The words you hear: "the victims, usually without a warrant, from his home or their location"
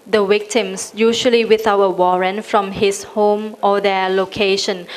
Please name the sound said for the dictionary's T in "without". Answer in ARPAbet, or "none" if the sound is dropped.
none